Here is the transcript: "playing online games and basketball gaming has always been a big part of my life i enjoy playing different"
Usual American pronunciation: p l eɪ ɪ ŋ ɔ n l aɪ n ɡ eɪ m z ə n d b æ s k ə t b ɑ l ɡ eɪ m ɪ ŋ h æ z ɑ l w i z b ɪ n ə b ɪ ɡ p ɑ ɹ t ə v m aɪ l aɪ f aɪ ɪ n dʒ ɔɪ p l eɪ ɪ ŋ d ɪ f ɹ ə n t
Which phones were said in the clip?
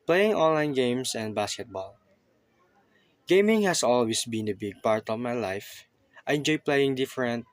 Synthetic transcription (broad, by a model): p l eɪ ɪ ŋ ɔ n l aɪ n ɡ eɪ m s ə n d b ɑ s k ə t b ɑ l ɡ eɪ m ɪ ŋ h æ s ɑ l w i s b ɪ n ə b ɪ ɡ p ɑ ɹ t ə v m aɪ l aɪ f aɪ ɪ n dʒ ɔɪ p l eɪ ɪ ŋ d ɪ f ɹ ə n t